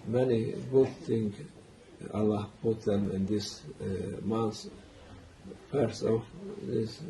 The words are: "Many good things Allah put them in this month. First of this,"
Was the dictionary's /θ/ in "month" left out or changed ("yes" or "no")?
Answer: yes